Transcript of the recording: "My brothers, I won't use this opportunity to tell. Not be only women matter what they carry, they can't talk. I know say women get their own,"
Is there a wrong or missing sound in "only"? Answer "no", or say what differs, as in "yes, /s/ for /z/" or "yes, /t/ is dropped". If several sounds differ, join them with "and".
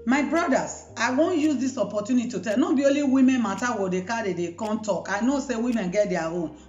yes, /n/ is dropped